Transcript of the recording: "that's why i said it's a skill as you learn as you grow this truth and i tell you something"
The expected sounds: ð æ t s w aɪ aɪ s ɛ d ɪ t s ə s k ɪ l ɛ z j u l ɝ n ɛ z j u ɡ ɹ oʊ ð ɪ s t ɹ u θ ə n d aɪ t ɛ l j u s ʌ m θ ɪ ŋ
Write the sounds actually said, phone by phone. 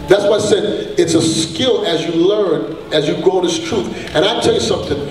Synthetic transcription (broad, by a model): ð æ t s w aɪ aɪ s ɛ d ɪ t s ə s k ɪ l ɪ z j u l ɝ n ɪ z j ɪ ɡ oʊ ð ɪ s t ɹ u θ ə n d aɪ t ɛ l j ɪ s ʌ m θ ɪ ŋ